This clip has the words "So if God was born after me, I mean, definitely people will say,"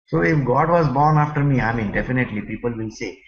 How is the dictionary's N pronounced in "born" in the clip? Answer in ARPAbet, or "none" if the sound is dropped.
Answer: N